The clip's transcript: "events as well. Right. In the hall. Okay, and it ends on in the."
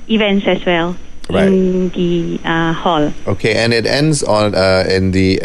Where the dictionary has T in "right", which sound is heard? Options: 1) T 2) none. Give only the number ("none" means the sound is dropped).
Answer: 2